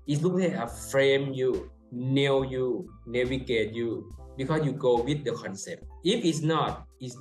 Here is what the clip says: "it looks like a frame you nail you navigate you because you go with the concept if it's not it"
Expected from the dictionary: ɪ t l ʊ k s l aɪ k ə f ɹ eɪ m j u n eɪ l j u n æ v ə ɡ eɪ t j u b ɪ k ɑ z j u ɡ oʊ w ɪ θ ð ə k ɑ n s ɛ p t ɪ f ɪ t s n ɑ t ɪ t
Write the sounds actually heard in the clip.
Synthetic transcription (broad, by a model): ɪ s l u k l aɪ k ə f ɹ eɪ m j u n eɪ w j u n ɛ w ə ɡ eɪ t j u b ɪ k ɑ s j u ɡ oʊ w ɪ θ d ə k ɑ n s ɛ p t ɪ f ɪ t s n ɑ t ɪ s